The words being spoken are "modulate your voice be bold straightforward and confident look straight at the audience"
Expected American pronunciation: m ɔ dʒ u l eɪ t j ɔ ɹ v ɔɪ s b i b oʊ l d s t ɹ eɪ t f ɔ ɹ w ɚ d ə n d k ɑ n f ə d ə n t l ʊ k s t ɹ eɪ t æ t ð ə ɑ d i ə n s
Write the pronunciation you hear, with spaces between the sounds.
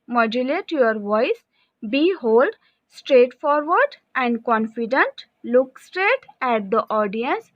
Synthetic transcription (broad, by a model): m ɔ dʒ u l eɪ t j ɔ ɹ v ɔɪ s b i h oʊ l d s t ɹ eɪ t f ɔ ɹ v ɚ d ə n d k ɑ n f ə d ə n t l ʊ k s t ɹ eɪ t æ t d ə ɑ d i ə n s